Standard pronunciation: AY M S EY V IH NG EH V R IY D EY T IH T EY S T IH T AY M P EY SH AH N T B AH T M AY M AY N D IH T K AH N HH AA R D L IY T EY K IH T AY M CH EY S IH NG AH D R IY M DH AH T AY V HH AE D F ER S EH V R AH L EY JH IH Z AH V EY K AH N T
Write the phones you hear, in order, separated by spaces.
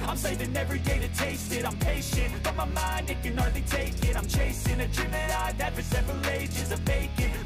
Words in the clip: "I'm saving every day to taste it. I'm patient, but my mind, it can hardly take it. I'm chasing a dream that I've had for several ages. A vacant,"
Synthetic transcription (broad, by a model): AY M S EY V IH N EH V R IY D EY T IH T EY S T IH T AY M P EY SH AH N T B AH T M AY M AY N D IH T K AH N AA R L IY T EY K IH T AY M CH EY S IH NG AH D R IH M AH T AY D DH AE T F ER S EH V R AH L EY JH IH Z AH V EY K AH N